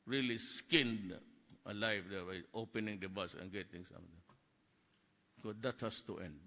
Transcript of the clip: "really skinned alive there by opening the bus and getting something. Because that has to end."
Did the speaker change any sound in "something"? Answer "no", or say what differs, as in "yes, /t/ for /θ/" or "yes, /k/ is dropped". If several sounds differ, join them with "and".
yes, /t/ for /θ/